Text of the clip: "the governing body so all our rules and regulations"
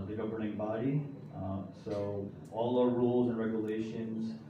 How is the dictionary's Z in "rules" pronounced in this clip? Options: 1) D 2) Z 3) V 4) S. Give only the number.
2